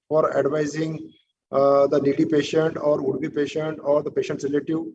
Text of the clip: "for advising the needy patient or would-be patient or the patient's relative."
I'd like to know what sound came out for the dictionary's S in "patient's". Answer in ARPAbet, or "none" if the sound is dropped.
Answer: none